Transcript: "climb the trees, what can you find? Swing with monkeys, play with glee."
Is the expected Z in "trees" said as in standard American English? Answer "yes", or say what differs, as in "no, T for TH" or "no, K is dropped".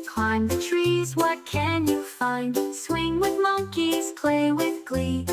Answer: yes